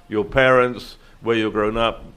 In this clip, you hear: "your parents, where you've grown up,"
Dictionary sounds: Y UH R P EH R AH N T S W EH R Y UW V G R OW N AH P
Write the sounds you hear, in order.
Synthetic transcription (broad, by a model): Y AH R P EH R AH N T S W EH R Y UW G R OW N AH P